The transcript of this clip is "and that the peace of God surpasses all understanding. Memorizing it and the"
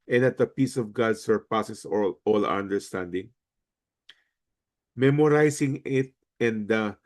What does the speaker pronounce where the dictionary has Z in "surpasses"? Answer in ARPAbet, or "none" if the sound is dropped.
S